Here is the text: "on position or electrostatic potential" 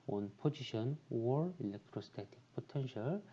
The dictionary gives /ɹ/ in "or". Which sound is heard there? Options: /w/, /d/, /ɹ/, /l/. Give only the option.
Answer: /ɹ/